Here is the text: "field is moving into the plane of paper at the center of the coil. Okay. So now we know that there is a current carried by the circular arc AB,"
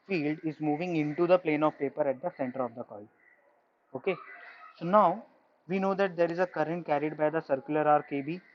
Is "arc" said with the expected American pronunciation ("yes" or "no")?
yes